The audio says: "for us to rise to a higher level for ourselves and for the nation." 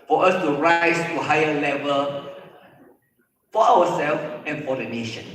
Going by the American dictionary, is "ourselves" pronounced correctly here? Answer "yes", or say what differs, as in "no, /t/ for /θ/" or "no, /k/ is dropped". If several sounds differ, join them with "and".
no, /w/ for /ɹ/